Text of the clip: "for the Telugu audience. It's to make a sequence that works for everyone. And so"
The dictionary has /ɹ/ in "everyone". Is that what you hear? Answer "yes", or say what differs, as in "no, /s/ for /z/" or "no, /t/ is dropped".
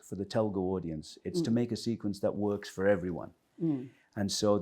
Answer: yes